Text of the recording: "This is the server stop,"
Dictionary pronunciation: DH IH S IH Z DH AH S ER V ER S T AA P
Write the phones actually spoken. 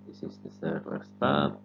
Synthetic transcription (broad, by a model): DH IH S IH Z DH AH TH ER W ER S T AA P